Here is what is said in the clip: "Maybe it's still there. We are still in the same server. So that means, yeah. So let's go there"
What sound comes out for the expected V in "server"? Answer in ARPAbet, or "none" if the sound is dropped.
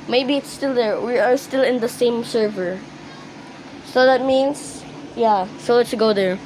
V